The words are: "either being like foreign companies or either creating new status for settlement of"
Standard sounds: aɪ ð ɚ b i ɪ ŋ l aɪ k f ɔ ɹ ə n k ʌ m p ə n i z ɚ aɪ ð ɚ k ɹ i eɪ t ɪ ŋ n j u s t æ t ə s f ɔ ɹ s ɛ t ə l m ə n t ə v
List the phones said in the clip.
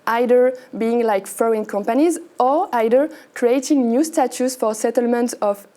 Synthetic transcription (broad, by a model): aɪ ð ɚ b i ɪ ŋ l aɪ k f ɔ ə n k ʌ m p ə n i z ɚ aɪ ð ɚ k ɹ i eɪ t ɪ ŋ n j u s t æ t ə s f ɔ ɹ s ɛ t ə l m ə n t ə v